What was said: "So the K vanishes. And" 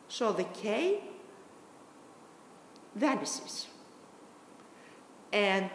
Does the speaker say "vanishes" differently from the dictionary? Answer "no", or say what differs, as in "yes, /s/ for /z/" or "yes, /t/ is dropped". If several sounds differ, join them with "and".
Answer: yes, /s/ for /ʃ/